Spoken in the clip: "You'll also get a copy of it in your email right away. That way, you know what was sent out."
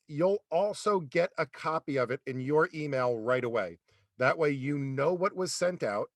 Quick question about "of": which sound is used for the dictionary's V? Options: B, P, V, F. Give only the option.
V